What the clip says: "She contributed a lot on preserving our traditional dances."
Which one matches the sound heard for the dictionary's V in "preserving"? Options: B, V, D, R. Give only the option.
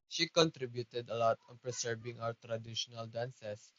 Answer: B